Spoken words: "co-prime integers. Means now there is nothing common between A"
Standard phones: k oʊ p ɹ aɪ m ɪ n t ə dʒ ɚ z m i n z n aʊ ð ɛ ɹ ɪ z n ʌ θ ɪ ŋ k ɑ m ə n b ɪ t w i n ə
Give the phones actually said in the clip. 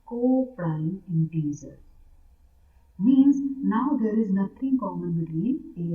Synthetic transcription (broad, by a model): k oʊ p ɹ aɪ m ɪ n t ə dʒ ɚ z m i n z n aʊ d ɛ ɹ ɪ z n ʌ t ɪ ŋ k ɑ m ə n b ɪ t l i ə